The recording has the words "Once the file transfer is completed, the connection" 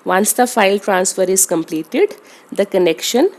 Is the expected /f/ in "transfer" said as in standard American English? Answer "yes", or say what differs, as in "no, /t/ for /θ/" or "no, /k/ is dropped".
yes